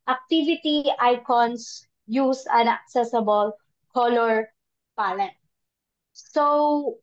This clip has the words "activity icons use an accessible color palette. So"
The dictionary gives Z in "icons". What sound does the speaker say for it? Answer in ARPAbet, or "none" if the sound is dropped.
S